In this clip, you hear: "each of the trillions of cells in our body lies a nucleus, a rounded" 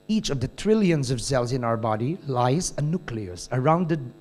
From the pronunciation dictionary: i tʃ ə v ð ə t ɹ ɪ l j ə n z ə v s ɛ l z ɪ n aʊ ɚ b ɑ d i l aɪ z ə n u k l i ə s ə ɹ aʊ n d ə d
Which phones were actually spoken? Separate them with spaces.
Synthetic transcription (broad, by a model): i tʃ ə v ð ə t ɹ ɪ l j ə n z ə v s ɛ l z ɪ n aʊ ɚ b ɑ d i l aɪ z ə n u k l i ə s ə ɹ aʊ n d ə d